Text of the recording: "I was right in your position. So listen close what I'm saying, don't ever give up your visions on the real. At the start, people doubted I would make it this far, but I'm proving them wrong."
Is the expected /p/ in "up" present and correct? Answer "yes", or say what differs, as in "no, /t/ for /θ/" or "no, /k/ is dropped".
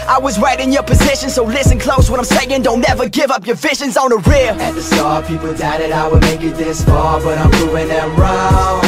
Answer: yes